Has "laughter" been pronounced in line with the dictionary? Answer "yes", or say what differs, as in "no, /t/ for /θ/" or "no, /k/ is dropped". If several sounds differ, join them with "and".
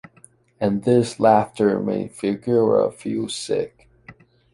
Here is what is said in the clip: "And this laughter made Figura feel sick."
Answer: yes